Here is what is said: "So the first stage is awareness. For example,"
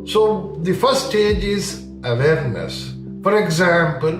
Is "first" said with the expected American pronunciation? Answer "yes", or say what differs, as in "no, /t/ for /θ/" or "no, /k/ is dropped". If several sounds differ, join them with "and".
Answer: no, /s/ is dropped